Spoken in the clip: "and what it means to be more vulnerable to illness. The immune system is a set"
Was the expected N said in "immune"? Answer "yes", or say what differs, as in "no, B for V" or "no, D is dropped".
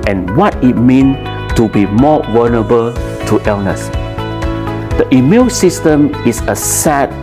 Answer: no, L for N